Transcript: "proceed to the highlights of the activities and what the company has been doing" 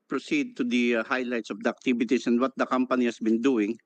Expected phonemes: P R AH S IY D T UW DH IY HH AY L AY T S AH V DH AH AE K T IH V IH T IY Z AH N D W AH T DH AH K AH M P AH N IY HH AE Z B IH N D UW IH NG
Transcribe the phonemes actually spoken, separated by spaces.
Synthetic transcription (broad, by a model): P R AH S IY D T UW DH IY HH AY L AY T S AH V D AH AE K T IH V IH T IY S AH N D W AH T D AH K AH M P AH N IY HH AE S B IH N D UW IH NG